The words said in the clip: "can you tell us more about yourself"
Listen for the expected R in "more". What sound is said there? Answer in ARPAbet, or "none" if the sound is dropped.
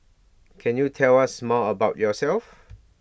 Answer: L